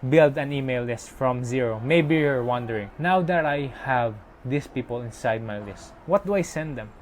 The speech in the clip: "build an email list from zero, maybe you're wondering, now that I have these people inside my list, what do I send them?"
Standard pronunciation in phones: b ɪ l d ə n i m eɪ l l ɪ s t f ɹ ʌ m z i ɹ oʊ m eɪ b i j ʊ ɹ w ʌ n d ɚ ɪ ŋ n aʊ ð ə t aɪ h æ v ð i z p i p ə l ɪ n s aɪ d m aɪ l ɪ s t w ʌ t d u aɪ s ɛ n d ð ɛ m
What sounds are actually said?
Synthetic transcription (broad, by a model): b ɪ l d ə n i m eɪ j l ɪ s t f ɹ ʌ m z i ɹ oʊ m eɪ b i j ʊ ɹ w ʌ n d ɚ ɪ ŋ n aʊ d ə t aɪ h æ v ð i s p i p ə l ɪ n s aɪ d m aɪ l ɪ s t w ʌ t d u aɪ s ɛ n d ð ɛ m